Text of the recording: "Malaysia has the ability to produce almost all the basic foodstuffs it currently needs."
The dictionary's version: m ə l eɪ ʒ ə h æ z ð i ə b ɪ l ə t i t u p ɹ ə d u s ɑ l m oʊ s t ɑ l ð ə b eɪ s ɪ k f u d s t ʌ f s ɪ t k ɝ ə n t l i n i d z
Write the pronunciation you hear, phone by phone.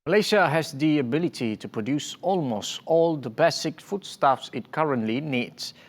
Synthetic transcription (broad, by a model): m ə l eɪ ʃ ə h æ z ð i ə b ɪ l ə t i t u p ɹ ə d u s ɑ l m oʊ s t ɑ l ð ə b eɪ s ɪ k f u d s t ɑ f s ɪ t k ɝ ə n t l i n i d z